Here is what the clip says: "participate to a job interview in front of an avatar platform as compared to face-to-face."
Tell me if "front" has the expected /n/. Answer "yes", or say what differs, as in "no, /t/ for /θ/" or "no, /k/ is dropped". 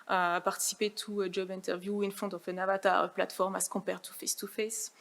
no, /n/ is dropped